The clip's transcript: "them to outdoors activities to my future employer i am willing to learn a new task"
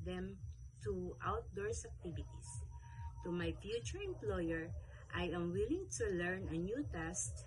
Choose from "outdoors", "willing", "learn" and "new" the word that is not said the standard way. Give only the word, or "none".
outdoors